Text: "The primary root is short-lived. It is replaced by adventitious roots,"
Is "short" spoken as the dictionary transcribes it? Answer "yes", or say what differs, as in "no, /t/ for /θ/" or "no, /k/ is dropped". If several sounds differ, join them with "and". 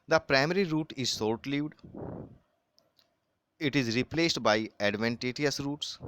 no, /s/ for /ʃ/